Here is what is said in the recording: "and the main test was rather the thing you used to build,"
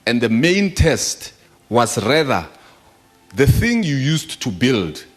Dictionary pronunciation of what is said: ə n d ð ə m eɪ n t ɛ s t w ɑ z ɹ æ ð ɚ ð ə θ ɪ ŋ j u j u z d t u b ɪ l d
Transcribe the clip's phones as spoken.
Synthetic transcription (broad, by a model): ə n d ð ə m eɪ n t ɛ s t w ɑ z ɹ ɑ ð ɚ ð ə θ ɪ ŋ j u j u s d t u b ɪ l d